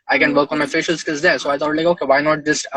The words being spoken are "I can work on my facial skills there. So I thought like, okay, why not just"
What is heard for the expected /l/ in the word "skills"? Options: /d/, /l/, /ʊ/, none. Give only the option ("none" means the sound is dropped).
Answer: none